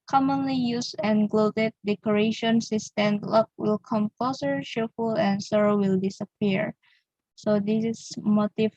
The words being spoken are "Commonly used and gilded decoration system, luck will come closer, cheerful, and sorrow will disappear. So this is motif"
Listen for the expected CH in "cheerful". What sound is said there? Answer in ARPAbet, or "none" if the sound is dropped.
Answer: SH